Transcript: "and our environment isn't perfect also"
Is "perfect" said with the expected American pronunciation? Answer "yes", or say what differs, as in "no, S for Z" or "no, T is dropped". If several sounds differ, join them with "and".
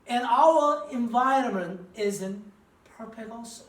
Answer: no, P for F